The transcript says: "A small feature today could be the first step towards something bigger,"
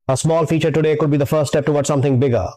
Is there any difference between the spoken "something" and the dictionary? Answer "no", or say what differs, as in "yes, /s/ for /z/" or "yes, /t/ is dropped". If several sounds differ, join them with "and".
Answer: yes, /t/ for /θ/